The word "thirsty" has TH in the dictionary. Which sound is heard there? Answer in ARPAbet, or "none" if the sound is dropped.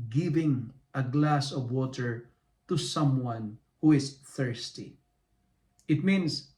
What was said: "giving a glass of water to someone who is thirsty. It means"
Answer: TH